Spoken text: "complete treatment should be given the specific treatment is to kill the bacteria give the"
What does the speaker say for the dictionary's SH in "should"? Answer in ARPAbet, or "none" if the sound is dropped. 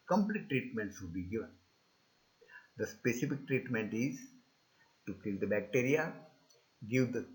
S